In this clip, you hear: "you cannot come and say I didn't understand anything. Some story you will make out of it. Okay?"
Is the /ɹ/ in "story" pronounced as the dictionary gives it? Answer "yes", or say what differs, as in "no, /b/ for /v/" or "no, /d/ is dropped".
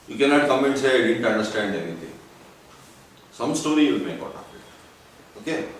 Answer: yes